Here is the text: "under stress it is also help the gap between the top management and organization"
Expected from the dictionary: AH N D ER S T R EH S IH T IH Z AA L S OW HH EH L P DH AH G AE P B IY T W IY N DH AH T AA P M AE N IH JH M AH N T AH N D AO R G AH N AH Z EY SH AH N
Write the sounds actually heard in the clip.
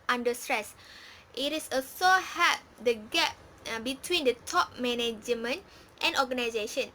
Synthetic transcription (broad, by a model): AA N D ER S T R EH S IH T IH S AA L S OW HH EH P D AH G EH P B IY T W IY N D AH T AA P M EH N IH JH M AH N T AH N AO G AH N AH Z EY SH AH N